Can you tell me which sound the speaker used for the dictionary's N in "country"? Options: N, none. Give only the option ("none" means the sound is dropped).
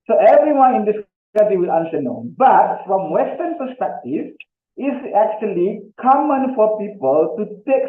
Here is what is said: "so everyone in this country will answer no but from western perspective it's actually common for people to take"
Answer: none